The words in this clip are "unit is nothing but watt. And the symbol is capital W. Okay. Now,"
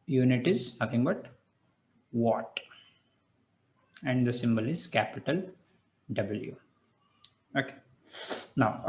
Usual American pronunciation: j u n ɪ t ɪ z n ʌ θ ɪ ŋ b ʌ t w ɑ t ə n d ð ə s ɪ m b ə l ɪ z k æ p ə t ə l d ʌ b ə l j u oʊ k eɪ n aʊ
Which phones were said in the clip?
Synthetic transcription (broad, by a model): j u n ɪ t ɪ z n ʌ t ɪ ŋ b ʌ t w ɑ t ə n d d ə s ɪ m b ə l ɪ z k æ p ə t ə l d ʌ b ə l j u oʊ k eɪ n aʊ